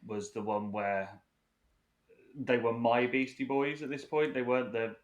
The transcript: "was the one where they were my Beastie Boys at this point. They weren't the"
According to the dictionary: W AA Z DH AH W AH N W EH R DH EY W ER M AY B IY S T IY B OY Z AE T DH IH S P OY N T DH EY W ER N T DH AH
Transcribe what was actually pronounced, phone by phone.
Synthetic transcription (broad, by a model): W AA Z DH AH W AH N W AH DH EY W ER M AY B IY S T IY B OY Z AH T DH IH S P OY N T DH EY W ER N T DH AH